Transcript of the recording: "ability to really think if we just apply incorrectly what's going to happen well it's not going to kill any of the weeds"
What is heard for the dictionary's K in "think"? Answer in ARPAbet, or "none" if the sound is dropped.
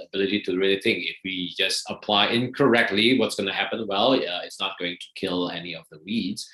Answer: none